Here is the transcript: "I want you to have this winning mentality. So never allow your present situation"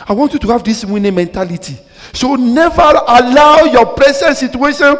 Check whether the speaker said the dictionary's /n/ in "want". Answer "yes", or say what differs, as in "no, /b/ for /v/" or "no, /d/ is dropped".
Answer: yes